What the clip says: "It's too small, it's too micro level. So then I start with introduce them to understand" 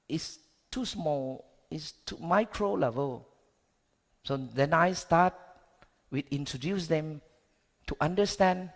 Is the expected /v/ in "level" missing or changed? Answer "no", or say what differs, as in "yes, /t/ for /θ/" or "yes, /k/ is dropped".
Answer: no